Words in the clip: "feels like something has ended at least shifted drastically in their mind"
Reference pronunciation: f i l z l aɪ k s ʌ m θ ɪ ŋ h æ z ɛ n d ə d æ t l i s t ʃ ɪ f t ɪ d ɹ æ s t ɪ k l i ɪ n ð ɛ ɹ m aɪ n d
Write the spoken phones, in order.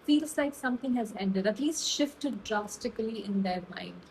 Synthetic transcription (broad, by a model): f i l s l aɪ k s ʌ m t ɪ ŋ h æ z ɛ n d ə d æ t l i s t ʃ ɪ f t ɪ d ɹ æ s t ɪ k l i ɪ n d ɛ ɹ m aɪ n d